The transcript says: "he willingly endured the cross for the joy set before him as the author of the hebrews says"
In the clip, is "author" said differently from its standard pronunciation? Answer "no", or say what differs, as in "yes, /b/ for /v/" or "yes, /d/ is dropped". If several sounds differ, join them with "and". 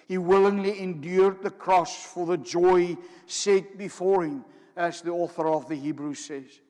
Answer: no